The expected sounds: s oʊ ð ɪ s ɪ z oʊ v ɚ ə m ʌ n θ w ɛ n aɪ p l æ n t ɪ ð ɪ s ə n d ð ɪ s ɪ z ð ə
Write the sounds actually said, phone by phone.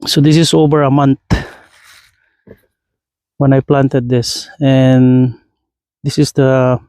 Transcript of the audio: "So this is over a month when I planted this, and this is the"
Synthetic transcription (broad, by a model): s oʊ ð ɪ s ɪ s oʊ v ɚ ə m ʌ n t w ɛ n aɪ p l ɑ n t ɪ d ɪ s ə n d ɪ s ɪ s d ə